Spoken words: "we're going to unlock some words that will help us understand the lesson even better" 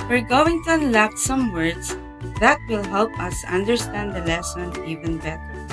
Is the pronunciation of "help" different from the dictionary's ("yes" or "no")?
no